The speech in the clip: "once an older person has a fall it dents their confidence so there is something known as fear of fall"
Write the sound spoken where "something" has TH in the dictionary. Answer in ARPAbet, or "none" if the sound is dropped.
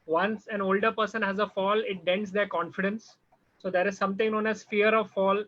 T